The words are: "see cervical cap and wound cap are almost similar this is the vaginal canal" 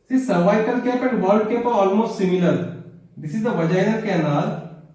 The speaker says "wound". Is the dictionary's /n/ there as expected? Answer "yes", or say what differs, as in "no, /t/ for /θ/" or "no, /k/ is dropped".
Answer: no, /l/ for /n/